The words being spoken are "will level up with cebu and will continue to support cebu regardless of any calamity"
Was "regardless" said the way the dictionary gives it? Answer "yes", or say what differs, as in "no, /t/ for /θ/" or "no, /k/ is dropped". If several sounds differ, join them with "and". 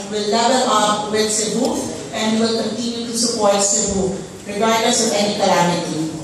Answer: no, /l/ is dropped